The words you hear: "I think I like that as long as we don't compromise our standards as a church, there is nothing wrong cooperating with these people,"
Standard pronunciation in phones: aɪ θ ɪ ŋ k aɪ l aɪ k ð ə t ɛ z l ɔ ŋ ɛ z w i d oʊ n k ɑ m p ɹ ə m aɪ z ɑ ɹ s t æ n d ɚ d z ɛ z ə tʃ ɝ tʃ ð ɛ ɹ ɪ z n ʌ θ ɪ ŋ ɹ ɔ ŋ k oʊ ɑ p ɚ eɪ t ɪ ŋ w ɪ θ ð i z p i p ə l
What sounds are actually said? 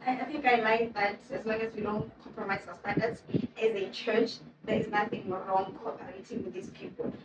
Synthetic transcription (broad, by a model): aɪ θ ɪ ŋ k aɪ l aɪ k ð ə t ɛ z l ɔ ŋ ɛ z w i d oʊ n k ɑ m p ɹ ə m aɪ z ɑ w s t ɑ n d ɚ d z ɛ z ə tʃ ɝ tʃ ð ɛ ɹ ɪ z n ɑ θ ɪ ŋ ɹ ɔ ŋ k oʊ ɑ p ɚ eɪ t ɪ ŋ w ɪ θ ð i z p i p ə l